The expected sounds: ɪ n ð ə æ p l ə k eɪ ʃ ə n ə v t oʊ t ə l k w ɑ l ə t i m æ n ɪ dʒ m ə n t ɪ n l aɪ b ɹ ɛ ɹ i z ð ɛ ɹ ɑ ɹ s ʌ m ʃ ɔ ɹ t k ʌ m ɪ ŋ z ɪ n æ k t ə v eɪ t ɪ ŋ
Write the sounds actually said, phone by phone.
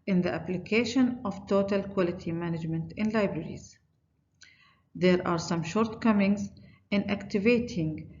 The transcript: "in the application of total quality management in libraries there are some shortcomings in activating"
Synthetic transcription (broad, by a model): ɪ n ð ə æ p l ə k eɪ ʃ ə n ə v t oʊ t ə l k w ɑ l ə t i m æ n ɪ dʒ m ə n t ɪ n l aɪ b ɹ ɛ ɹ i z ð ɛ ɹ ɑ ɹ s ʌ m ʃ ɔ ɹ t k ʌ m ɪ ŋ z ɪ n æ k t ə v eɪ t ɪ ŋ